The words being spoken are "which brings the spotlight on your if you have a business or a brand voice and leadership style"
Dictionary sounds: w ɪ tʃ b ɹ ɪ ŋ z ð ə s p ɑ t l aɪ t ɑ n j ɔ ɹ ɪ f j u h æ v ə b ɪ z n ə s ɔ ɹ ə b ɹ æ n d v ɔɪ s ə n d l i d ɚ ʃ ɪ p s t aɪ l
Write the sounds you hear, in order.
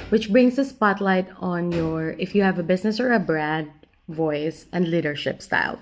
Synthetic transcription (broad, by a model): w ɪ tʃ b ɹ ɪ ŋ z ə s p ɑ t l aɪ t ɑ n j ɔ ɹ ɪ f j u h æ v ə b ɪ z n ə s ɔ ɹ ə b ɹ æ d v ɔɪ s ə n d l i d ɚ ʃ ɪ p s t aɪ l